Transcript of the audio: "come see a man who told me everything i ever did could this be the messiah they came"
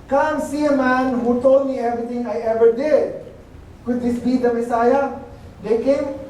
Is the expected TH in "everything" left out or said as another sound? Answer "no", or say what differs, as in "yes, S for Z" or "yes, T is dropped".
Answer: yes, T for TH